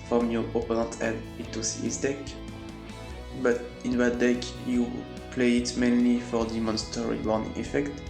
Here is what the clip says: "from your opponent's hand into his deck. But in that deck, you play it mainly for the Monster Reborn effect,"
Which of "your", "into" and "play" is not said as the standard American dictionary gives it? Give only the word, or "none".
into